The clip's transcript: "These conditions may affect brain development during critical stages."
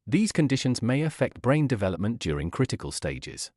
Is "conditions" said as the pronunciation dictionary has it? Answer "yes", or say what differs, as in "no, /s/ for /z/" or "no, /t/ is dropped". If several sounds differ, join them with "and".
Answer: yes